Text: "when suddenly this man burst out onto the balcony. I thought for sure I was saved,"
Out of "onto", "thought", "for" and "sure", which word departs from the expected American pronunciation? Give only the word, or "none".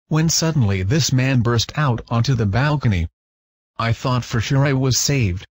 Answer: none